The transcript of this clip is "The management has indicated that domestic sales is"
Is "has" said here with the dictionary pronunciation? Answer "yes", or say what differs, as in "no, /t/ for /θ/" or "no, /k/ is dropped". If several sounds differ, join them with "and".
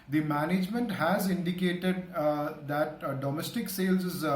yes